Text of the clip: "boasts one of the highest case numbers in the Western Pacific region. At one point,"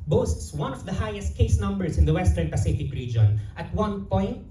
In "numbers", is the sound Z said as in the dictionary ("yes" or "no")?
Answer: no